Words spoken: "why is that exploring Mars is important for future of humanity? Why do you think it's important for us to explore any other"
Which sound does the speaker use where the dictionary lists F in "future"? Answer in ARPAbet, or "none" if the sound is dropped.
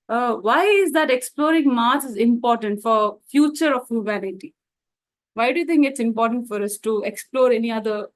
F